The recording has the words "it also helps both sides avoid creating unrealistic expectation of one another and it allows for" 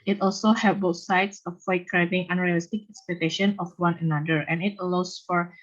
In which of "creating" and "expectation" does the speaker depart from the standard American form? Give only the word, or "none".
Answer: creating